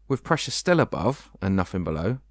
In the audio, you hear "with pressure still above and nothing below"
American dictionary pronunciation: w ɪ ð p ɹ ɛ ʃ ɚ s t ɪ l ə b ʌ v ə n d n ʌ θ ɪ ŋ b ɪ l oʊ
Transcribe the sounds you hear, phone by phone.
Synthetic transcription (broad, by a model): w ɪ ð p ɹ ɛ ʃ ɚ s t ɪ l ə b ʌ v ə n n ʌ f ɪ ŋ b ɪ l oʊ